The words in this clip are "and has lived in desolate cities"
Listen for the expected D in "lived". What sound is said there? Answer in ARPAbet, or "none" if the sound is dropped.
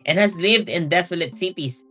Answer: D